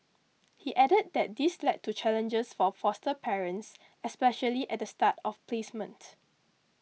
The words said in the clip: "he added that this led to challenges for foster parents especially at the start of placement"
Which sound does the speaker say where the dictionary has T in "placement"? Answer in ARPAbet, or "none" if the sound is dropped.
T